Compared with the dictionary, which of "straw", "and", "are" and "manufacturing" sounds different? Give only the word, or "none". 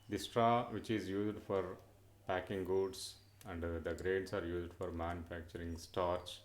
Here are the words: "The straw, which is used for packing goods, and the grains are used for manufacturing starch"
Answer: none